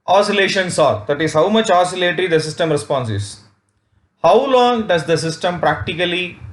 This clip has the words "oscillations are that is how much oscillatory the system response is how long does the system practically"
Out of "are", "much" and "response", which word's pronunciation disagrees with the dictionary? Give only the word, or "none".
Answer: none